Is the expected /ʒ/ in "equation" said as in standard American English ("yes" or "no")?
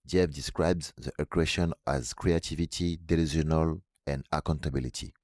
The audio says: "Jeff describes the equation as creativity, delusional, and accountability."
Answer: no